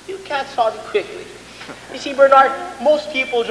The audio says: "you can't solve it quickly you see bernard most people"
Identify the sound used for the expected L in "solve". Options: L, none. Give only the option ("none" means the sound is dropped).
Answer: none